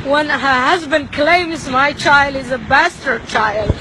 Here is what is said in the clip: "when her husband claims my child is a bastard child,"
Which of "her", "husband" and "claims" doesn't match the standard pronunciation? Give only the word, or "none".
none